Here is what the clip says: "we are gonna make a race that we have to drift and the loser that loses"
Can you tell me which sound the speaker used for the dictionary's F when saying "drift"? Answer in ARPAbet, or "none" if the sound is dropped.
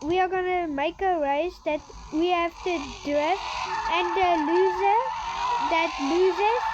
none